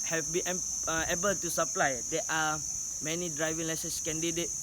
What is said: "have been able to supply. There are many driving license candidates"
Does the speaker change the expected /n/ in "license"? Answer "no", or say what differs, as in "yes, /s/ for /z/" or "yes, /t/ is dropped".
yes, /n/ is dropped